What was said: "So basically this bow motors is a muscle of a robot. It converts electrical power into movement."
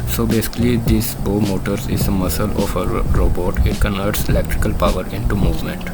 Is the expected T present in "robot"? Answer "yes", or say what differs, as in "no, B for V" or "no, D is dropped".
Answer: yes